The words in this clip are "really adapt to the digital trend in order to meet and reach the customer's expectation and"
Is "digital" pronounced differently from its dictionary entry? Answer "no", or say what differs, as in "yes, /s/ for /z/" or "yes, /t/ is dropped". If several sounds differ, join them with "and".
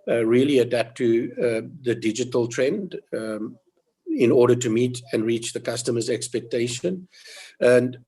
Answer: no